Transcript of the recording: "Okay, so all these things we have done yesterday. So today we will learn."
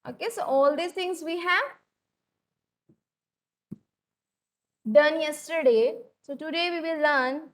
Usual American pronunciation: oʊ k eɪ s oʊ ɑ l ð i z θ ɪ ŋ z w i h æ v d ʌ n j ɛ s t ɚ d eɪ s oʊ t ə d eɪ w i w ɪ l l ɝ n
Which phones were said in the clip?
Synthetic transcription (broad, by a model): oʊ k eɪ s oʊ ɑ l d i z t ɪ ŋ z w i h æ v d ʌ n j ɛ s t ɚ d eɪ s oʊ t ə d eɪ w i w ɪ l l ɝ n